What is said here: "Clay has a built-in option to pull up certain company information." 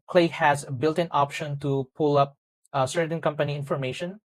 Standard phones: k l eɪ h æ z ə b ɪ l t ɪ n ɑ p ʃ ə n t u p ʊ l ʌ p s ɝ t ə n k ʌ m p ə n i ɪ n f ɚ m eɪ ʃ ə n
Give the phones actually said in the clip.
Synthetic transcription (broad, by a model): k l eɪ h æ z b ɪ l t ɪ n ɑ p ʃ ə n t u p ʊ l ʌ p s ɝ t ə n k ʌ m p ə n i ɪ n f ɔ m eɪ ʃ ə n